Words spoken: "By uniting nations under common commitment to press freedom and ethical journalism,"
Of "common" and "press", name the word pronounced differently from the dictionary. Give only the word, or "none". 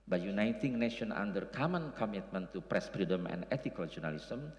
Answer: none